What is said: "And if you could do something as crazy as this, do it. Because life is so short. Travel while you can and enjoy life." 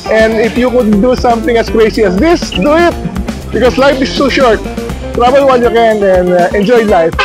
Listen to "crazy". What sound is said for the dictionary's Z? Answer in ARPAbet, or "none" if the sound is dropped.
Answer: S